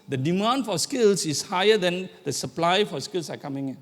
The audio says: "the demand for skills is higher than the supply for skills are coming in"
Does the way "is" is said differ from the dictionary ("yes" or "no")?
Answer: yes